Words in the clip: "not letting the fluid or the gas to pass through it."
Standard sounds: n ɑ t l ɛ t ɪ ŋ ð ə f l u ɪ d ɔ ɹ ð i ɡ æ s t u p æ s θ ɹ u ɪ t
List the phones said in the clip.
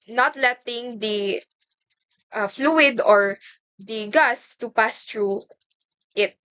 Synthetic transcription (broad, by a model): n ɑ t l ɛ t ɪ ŋ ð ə f l u ɪ d ɔ ɹ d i ɡ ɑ s t u p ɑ s t ɹ u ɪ t